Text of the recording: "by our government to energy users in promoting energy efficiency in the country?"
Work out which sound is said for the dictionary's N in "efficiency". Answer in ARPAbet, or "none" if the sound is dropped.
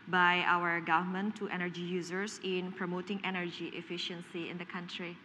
N